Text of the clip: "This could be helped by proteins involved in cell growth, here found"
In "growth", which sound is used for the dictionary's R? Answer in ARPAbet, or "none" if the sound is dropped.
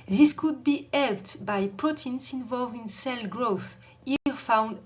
R